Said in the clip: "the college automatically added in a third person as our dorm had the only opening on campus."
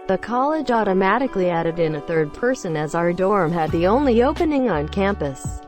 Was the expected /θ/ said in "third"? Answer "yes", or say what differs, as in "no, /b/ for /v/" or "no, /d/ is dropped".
yes